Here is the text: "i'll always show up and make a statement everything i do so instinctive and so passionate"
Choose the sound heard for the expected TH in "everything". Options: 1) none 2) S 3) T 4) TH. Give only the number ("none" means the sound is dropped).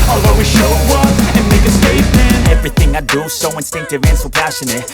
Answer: 4